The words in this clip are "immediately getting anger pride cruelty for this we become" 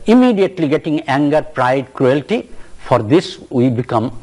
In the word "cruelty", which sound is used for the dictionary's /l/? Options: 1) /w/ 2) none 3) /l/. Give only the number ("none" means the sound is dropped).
3